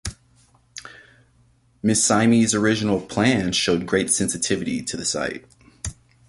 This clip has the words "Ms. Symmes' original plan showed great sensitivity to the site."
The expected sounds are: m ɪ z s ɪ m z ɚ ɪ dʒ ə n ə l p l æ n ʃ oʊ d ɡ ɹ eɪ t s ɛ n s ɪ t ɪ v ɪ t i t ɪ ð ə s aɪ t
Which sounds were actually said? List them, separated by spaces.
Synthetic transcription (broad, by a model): m ɪ s ɪ m z ɚ ɪ dʒ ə n l p l æ n ʃ oʊ d ɡ ɹ eɪ t s ɛ n s ɪ t ɪ v ɪ t i t ɪ ð ə s aɪ t